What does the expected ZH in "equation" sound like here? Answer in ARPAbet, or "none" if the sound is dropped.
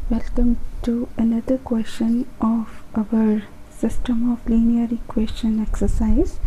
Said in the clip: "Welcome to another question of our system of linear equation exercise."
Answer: S